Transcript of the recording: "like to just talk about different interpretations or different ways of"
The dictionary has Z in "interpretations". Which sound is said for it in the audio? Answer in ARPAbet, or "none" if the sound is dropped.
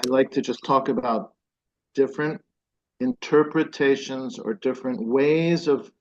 Z